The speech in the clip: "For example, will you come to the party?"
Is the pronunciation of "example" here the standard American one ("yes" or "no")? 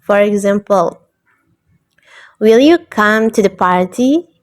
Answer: yes